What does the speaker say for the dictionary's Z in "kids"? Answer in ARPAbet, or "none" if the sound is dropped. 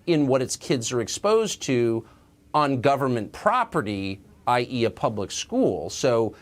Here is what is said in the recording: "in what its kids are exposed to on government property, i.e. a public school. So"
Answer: Z